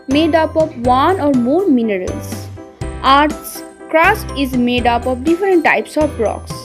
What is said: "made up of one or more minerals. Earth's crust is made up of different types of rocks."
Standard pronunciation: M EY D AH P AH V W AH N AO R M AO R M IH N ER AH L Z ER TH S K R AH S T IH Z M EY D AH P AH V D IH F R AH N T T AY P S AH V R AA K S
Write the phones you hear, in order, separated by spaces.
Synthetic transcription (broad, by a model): M EY D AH P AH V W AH N AO R M AO R M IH N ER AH L S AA T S K R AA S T IH Z M EY D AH P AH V D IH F R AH N T T AY P S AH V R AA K S